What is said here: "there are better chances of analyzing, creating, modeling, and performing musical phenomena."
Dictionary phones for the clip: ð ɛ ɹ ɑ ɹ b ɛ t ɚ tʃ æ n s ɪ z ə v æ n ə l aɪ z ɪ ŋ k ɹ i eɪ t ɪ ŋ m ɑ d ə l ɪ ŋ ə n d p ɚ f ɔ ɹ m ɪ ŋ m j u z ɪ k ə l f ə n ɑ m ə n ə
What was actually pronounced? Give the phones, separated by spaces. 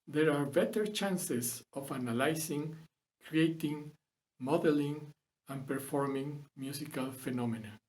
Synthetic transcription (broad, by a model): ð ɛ ɹ ɑ ɹ b ɛ t ɚ tʃ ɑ n s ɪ s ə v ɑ n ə l aɪ s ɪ ŋ k ɹ i eɪ t ɪ ŋ m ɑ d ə l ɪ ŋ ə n p ɚ f ɔ ɹ m ɪ ŋ m j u s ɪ k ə l f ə n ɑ m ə n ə